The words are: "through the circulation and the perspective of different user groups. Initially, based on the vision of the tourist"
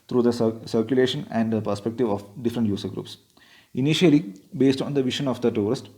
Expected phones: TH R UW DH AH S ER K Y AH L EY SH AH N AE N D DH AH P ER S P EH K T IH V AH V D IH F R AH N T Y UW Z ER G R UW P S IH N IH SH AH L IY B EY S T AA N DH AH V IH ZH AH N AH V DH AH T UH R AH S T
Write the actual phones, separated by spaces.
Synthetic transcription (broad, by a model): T R UW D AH S ER K Y AH L EY SH AH N AE N D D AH P ER S P EH K T IH V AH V D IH F R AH N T Y UW S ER G R UW P S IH N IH SH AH L IY B EY S T AA N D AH V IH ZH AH N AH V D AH T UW R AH S T